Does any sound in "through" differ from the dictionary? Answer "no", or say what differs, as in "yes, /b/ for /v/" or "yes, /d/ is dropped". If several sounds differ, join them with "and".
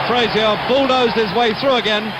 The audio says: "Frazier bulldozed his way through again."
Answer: no